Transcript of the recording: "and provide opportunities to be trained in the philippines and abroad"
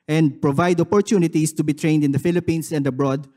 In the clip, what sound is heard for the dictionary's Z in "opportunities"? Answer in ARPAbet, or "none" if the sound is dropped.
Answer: S